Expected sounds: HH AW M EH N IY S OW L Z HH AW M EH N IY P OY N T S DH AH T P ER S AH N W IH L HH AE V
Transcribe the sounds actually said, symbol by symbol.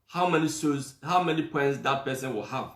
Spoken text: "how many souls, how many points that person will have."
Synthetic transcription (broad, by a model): HH AW M EH N IY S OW Z HH AW M EH N IY P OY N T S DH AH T P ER S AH N W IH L HH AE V